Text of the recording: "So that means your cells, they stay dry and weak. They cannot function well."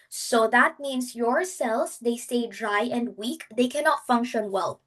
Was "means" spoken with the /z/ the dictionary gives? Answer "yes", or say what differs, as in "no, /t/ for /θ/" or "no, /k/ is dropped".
no, /s/ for /z/